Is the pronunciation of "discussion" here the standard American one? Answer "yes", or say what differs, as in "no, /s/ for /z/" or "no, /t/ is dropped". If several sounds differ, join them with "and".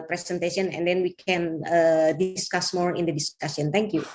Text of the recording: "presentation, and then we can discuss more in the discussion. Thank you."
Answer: no, /s/ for /ʃ/